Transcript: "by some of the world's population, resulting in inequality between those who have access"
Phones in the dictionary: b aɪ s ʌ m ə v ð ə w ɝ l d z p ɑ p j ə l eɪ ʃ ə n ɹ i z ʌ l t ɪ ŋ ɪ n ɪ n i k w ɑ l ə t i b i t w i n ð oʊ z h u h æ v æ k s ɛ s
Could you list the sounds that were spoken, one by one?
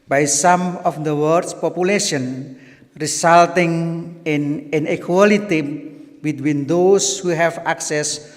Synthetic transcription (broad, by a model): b aɪ s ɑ m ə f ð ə w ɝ d s p ɑ p j ə l eɪ ʃ ə n ɹ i s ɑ l t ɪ ŋ ɪ n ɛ n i k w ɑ l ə t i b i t w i n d oʊ s h u h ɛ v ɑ k s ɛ s